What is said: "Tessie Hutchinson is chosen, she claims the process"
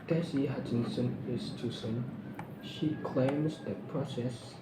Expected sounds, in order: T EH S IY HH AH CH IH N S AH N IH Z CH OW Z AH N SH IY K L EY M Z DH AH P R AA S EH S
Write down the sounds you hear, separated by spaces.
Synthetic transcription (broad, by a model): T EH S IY HH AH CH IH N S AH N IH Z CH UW S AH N SH IY K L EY M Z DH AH P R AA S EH S